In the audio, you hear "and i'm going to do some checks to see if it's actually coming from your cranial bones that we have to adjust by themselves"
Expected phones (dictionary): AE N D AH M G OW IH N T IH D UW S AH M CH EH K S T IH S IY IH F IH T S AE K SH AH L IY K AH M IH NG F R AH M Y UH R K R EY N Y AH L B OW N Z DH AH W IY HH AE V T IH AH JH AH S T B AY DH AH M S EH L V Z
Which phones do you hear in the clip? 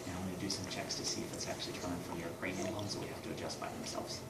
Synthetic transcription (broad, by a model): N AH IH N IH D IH S AH M CH EH K S T IH S IY IH F IH T S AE K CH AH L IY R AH IH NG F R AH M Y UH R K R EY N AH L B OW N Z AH W IY HH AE F T IH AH JH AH S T B AY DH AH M S EH L V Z